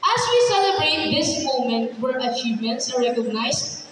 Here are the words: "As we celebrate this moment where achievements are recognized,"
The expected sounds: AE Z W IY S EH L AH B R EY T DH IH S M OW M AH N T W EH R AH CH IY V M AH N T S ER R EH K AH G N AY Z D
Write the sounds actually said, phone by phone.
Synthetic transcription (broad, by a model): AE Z W IY S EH L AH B R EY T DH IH S M OW M AH N T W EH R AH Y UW M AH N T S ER R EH K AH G N AY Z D